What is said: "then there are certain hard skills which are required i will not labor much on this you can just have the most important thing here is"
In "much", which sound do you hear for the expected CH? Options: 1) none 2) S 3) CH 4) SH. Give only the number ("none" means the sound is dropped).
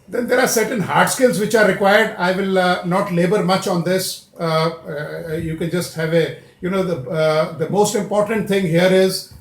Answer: 3